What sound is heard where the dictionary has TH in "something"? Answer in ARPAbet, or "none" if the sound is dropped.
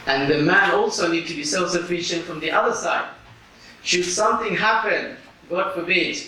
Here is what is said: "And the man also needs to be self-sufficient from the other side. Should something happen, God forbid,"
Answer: TH